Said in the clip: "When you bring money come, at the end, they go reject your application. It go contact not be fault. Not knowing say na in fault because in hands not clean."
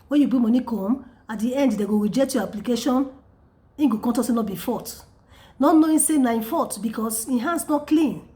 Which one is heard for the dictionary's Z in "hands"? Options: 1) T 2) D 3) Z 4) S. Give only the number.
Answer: 4